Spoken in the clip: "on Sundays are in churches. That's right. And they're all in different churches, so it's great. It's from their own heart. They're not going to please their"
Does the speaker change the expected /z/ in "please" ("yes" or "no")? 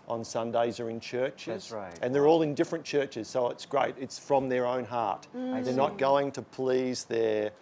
no